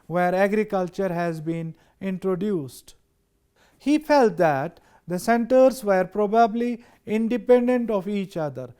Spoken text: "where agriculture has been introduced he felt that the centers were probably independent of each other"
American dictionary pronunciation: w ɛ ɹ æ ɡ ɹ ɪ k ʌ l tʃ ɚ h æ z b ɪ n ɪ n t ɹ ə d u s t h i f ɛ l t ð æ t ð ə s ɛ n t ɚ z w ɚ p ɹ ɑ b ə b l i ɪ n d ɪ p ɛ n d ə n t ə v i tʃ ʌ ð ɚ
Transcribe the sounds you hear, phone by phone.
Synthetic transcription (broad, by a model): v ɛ ɹ æ ɡ ɹ ɪ k ʌ l tʃ ɚ h æ z b ɪ n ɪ n t ɹ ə d u s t h i f ɛ l t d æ t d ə s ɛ n t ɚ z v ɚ p ɹ ɑ b ə b l i ɪ n d ɪ p ɛ n d ə n t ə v i tʃ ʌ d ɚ